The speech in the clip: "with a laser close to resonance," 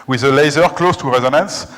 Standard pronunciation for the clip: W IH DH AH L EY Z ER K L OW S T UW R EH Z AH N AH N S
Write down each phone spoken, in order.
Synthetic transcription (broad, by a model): W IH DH AH L EY Z ER K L OW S T UW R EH Z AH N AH N S